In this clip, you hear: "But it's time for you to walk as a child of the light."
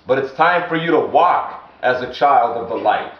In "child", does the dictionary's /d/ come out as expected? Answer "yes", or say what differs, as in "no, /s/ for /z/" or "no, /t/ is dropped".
yes